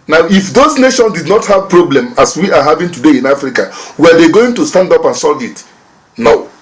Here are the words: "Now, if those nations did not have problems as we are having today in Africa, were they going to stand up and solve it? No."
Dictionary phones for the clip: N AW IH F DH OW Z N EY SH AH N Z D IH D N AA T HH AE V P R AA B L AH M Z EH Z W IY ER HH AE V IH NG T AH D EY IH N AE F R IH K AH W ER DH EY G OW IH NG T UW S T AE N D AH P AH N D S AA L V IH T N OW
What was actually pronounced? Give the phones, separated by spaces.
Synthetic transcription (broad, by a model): N AW IH F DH OW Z N EY SH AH N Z D IH D N AA T HH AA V P R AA B L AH M AA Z W IY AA HH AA V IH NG T AH D EY IH N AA F R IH K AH W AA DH EY G OW IH NG T UW S T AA N D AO P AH N S AA L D IH T N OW